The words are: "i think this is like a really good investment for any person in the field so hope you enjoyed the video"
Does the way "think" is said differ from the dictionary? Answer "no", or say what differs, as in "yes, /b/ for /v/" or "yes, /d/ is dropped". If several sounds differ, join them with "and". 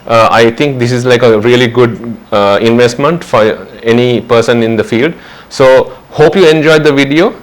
yes, /t/ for /θ/